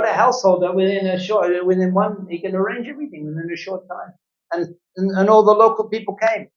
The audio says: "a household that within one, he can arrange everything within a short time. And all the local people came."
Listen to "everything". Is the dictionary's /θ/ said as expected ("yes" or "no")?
yes